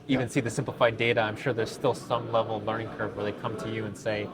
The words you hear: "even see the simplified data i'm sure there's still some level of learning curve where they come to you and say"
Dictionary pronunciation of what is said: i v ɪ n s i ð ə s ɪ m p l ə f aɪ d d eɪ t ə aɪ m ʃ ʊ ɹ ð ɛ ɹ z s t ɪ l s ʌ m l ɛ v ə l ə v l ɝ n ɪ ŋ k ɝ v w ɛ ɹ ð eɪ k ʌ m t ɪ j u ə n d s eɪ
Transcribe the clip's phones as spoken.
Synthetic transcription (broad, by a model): i v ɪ n s i ð ə s ɪ m p l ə f aɪ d d eɪ t ə aɪ m ʃ ʊ ɹ ð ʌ ɹ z s t ɪ l s ʌ m l ɛ v l l ɝ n ɪ ŋ k ɝ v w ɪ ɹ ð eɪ k ʌ m t ɪ j u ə n s eɪ